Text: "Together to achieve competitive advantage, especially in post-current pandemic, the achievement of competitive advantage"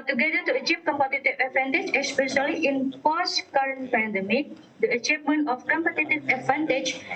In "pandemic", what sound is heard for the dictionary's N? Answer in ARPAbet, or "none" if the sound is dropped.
N